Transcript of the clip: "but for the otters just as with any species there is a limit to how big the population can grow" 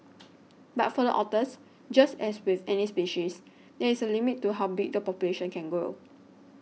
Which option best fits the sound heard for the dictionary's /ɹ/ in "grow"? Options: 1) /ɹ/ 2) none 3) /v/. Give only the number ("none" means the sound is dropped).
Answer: 2